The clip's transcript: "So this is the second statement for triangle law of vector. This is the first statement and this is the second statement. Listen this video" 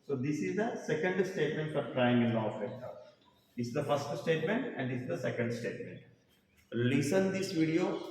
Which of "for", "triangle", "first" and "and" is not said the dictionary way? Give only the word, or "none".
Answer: triangle